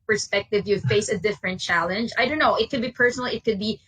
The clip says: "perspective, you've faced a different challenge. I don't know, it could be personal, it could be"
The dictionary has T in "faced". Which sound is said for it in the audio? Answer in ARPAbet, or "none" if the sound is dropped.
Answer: none